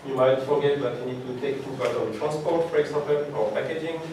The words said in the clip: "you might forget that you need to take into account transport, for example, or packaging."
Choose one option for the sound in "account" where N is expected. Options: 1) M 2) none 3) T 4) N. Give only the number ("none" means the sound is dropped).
2